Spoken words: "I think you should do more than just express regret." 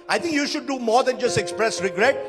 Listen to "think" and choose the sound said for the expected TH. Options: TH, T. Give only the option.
T